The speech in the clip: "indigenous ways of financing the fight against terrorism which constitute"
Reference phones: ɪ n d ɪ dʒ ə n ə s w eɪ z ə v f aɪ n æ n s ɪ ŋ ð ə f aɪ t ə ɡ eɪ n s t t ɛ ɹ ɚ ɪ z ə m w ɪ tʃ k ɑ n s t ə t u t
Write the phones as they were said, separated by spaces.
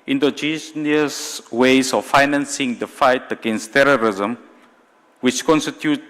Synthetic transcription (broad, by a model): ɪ n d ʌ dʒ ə n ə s w eɪ s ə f aɪ n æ n s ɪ ŋ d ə f aɪ t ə ɡ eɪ n s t t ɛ ɹ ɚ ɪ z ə m w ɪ tʃ k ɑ n s t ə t u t